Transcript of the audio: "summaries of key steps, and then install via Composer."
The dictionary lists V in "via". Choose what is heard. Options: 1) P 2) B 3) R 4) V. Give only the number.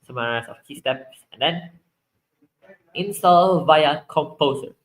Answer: 4